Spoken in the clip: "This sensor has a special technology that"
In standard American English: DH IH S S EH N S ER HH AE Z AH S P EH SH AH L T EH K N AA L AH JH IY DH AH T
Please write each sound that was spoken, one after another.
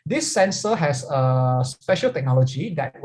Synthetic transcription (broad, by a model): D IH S S EH N S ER HH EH S AH S P EH SH AH L T EH K N AA L AH JH IY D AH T